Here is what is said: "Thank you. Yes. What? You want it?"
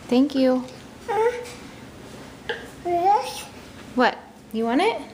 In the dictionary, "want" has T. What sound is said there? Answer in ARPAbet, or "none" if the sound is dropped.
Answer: none